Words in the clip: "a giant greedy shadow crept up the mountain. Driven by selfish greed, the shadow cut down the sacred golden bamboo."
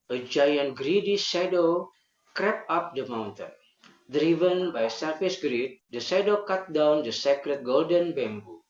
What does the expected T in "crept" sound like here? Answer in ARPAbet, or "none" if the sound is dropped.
none